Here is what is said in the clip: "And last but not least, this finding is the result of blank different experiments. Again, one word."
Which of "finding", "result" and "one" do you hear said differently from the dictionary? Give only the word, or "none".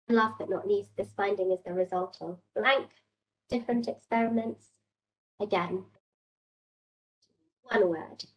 none